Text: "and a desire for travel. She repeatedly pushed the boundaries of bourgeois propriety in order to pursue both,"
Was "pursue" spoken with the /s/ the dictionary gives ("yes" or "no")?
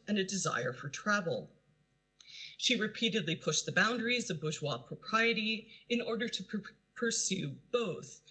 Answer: yes